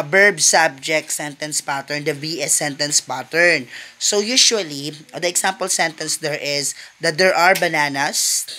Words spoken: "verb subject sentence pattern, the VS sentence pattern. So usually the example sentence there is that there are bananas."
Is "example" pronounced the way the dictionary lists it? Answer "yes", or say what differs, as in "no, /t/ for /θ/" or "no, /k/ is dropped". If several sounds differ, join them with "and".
no, /s/ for /z/